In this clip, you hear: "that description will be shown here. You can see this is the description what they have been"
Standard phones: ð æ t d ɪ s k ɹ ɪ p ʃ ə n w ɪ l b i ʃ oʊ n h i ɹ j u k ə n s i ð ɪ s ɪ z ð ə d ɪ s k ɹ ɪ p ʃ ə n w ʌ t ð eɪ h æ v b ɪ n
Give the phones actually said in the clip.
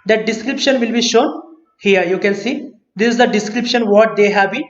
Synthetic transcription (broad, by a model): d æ t d ɪ s k ɹ ɪ p ʃ ə n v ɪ l b i ʃ oʊ n h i ɹ j u k ə n s i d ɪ s ɪ z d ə d ɪ s k ɹ ɪ p ʃ ə n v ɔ t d eɪ h æ v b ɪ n